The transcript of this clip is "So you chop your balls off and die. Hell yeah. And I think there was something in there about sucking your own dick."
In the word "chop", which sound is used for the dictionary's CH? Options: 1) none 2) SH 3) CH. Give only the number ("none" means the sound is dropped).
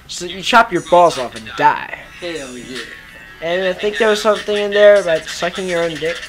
3